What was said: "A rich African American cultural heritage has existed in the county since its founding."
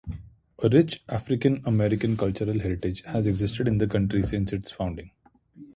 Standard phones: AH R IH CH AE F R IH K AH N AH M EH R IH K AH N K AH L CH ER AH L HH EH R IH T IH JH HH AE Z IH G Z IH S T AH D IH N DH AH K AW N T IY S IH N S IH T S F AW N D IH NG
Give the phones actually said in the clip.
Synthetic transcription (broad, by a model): AH R IH CH AE F R IH K AH N AH M EH R IH K AH N K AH L CH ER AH L HH EH R IH T IH JH HH AE Z IH G Z IH S T AH D IH N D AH K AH N T IY S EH N S IH T S F AW N D IH NG